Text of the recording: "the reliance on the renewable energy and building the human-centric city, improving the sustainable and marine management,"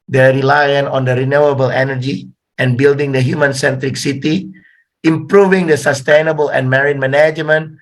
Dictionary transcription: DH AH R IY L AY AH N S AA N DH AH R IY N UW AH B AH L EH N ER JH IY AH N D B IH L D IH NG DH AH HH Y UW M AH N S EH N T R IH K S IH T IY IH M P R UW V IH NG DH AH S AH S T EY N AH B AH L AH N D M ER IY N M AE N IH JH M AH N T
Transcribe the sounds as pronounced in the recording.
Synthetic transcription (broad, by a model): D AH R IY L AY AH N AA N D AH R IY N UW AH B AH L EH N ER JH IY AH N B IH L D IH NG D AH HH Y UW M AH N S EH N T R IH K S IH T IY IH M P R UW V IH NG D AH S AH S T EY N AH B AH L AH N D M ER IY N M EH N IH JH M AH N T